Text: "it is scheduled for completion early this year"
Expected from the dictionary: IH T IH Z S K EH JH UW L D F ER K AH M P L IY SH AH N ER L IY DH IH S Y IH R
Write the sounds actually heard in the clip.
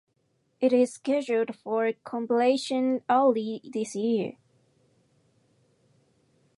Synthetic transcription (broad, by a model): IH T IH Z S K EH ZH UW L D F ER K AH M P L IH SH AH N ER L IY DH IH S Y IH R